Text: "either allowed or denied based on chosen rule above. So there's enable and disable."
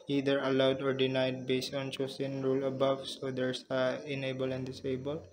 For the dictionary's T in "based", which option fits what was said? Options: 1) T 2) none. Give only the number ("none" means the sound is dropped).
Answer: 1